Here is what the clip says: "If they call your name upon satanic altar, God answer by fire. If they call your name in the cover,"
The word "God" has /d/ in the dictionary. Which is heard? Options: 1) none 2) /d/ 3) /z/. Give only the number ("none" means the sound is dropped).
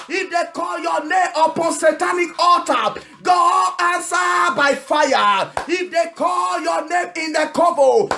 1